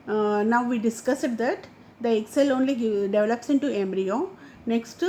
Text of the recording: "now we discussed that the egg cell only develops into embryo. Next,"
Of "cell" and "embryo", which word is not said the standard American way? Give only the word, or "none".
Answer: none